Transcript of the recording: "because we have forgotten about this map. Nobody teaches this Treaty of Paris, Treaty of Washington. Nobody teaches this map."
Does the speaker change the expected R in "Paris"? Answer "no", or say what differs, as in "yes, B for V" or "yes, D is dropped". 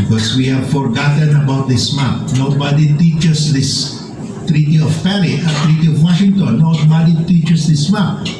yes, L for R